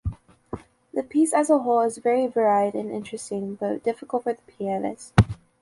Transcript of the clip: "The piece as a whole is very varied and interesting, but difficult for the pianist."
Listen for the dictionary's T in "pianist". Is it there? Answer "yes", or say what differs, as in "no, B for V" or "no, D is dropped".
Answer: no, T is dropped